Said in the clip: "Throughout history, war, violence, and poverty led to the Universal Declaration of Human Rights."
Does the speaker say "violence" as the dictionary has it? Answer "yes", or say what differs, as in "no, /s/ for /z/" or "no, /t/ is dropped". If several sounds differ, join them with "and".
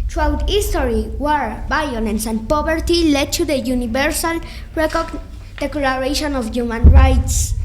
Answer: no, /b/ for /v/